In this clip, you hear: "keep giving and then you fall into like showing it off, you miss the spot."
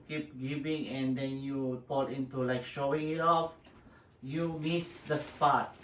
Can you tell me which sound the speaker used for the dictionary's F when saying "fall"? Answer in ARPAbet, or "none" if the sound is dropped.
P